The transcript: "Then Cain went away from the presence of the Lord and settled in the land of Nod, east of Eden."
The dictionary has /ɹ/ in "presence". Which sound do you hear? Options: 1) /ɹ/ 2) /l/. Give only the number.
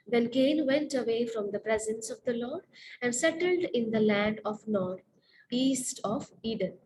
1